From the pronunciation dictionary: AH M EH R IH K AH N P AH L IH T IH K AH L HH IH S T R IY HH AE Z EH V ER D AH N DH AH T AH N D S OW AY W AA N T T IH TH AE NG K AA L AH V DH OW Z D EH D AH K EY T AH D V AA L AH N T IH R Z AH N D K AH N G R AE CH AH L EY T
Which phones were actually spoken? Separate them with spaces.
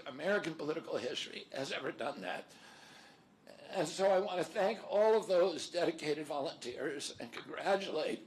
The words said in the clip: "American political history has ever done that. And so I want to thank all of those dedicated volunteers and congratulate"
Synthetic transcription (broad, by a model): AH M EH R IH K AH N P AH L IH T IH K L HH IH S T R IY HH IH Z EH V ER D AH N DH AH T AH N S OW AY W AA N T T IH TH AE NG K AA L AH V DH OW Z D EH D AH K EY T AH D V AA L AH N T IH R Z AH N K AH N G R AE CH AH L EY T